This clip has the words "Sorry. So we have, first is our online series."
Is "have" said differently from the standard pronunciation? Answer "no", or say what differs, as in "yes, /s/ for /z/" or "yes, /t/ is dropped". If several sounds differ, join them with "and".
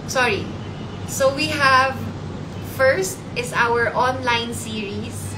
no